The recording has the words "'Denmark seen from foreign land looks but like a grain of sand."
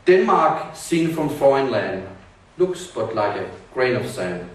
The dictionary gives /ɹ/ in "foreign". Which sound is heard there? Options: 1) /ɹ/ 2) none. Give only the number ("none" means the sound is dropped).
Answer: 2